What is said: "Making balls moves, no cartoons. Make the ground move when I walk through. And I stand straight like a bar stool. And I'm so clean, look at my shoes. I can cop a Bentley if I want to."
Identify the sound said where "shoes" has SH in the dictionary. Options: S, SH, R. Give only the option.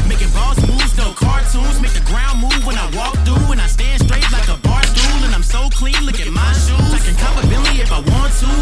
S